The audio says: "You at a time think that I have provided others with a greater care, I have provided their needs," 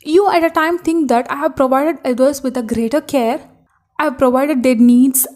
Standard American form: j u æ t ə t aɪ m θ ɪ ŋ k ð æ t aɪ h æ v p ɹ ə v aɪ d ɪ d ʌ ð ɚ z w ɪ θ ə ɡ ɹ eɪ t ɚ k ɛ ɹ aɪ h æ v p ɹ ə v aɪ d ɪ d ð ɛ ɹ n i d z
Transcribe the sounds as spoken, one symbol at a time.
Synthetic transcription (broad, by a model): j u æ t ə t aɪ m t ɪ ŋ k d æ t aɪ h æ v p ɹ ə v aɪ d ɪ d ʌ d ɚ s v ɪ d ə ɡ ɹ eɪ t ɚ k ɛ ɹ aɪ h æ v p ɹ ə v aɪ d ɪ d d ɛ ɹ n i d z